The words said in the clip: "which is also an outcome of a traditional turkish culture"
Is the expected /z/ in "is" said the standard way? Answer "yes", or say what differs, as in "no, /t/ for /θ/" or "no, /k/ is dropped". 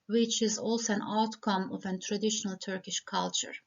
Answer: yes